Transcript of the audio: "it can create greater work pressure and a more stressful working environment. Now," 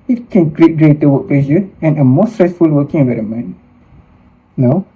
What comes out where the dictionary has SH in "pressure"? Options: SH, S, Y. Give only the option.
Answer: S